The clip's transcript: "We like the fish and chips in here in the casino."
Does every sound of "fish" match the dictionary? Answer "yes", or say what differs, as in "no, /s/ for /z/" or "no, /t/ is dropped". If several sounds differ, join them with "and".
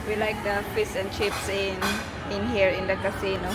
no, /s/ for /ʃ/